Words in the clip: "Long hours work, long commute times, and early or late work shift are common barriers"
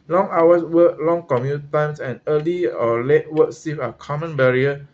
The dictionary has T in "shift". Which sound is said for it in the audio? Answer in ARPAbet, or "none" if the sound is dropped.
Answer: none